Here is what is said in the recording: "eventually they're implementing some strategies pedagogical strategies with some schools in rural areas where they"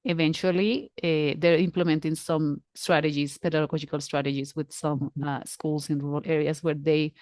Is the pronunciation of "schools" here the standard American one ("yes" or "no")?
no